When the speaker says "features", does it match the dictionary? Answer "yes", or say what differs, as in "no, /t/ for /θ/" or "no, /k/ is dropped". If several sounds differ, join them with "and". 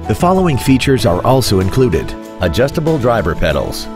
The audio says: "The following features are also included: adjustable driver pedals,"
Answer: yes